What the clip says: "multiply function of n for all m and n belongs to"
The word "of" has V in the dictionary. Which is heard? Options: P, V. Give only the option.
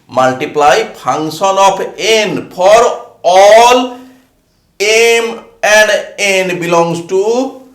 P